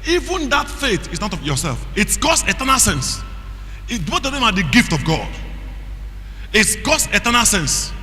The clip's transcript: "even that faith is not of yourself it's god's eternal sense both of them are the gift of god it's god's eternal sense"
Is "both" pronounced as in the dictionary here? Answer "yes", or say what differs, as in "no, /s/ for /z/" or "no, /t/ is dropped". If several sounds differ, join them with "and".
no, /t/ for /θ/